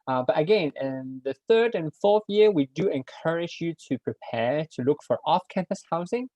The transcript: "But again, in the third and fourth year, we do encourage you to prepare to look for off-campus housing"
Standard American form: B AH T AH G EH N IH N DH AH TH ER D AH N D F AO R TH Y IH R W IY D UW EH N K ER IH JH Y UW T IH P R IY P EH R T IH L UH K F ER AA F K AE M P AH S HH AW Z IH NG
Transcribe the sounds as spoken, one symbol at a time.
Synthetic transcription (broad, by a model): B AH T AH G EH N IH N DH AH TH ER D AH N F AO R TH Y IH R W IY D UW EH N K ER IH JH Y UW T IH P R IY P EH R T IH L UH K F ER AA F K AE M P AH S HH AW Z IH NG